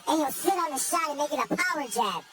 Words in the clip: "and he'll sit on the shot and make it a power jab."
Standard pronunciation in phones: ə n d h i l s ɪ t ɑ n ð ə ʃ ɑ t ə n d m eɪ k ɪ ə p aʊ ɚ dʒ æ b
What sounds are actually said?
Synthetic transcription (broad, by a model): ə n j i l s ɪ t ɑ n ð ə ʃ ɑ t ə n m eɪ k ɪ ə p aʊ ɚ dʒ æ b